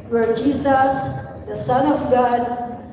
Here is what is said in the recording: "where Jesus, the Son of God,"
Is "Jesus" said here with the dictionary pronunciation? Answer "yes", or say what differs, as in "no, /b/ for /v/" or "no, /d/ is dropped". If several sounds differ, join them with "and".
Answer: no, /s/ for /z/